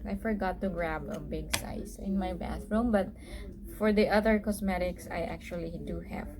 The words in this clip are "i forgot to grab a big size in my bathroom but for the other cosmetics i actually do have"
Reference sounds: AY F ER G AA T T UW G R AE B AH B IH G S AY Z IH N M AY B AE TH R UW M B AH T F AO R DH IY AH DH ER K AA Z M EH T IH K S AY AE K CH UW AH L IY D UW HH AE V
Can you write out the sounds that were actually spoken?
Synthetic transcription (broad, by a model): AY F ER G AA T T UW G R AE B AH B IH G S AY S IH N M AY B AE TH R UW M B AH T F AO R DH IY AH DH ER K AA S M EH T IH K S AY AE K CH UW AH L IY D UW HH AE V